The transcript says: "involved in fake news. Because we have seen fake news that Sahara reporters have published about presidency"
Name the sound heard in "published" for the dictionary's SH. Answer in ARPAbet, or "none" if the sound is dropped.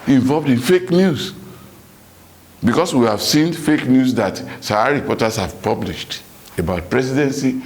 SH